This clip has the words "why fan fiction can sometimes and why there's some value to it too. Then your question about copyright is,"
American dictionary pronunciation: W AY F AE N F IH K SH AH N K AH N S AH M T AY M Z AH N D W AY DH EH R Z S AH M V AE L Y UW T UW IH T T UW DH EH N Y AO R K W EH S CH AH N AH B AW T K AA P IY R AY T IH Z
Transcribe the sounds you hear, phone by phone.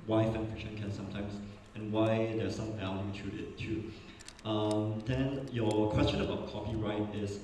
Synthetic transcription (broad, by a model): W AY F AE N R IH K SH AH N K AH N S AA M T AY M S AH N W AY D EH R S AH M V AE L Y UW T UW IH T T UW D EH N Y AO K W EH S CH AH N AH B AW T K AA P IY R AY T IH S